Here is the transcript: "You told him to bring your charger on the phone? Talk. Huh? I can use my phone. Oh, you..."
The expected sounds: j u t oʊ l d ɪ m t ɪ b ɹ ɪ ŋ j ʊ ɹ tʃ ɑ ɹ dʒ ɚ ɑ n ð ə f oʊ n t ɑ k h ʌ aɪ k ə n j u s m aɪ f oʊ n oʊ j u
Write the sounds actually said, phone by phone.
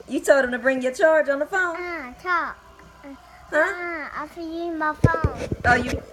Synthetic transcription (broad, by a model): j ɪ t oʊ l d ɪ m t ɪ b ɹ ɪ ŋ j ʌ ɹ tʃ ɑ ɹ dʒ n ð ə f oʊ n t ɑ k h ʌ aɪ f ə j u m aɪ f oʊ n oʊ j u